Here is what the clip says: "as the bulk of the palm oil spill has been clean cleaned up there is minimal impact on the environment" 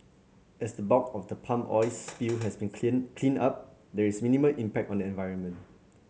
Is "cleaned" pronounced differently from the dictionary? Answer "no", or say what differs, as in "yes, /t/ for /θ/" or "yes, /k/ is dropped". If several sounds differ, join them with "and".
yes, /d/ is dropped